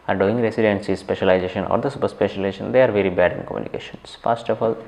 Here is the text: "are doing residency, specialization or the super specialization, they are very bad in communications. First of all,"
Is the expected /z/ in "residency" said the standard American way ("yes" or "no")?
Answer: no